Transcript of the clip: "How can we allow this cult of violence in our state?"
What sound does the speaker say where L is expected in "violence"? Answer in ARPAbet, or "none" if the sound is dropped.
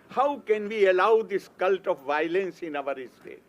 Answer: L